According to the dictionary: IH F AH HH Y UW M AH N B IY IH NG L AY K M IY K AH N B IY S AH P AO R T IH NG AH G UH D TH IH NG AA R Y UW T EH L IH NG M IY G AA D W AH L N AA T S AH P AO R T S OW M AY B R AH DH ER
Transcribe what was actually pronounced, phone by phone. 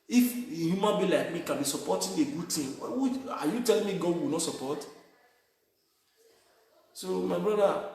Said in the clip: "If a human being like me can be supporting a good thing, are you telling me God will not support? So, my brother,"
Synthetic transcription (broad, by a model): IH F AH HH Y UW M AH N B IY L AY K M IY K AH N B IY S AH P AO T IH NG AH G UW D T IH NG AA W Y UW T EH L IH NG M IY G AA D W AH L N AA T S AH P AO T S OW M AY B R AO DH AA